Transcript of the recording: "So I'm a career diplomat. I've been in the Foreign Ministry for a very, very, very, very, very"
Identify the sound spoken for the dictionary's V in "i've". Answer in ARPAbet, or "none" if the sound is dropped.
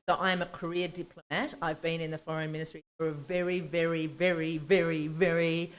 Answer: V